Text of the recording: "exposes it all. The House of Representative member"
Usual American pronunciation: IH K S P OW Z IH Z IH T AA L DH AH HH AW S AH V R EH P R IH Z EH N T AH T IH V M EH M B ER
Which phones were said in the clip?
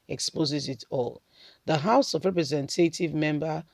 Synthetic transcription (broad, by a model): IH K S P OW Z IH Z IH T AA L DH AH HH AW S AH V R EH P R IH Z EH N T AH T IH V M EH M B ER